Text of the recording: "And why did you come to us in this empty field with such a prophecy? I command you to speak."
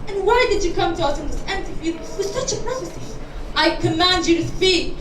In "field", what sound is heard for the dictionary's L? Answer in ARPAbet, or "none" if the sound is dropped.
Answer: none